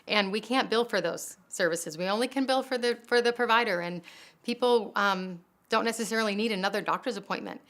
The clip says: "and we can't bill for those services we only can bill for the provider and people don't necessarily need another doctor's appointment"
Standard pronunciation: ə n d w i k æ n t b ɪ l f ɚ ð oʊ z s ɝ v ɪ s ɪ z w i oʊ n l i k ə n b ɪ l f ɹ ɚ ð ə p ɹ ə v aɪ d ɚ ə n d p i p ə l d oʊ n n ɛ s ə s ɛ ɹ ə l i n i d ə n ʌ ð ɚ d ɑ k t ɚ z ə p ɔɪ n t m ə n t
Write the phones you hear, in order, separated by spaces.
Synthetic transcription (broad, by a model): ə n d w i k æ n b ɪ l f ɚ ð oʊ z s ɝ v ɪ s ɪ z w i oʊ n l i k ə n b ɪ l f ɹ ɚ ð ə p ɹ ə v aɪ d ɚ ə n p i p l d oʊ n n ɛ s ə s ɛ ɹ l i n i d ə n ʌ ð ɚ d ɑ k t ɚ z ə p ɔɪ n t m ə n t